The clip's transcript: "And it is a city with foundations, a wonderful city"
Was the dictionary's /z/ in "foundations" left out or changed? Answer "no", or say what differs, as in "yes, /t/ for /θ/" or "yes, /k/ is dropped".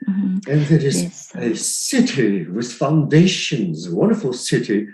no